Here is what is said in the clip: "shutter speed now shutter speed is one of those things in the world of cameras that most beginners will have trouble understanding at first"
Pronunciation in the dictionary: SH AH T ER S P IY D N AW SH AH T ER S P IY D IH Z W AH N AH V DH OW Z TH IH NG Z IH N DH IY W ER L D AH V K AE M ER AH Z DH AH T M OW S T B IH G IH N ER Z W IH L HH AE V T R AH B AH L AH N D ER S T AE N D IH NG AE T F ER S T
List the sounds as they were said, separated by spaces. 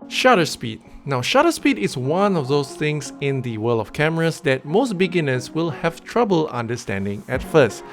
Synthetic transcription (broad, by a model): SH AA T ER S P IY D N AW SH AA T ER S P IY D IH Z W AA N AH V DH OW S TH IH NG S IH N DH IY W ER L AH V K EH M ER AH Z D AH T M OW S T B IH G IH N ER S W IH L HH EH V T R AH B AH L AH N D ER S T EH N D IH NG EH T F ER S T